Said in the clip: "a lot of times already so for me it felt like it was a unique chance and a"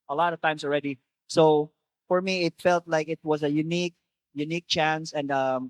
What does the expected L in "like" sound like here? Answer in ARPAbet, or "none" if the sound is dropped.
L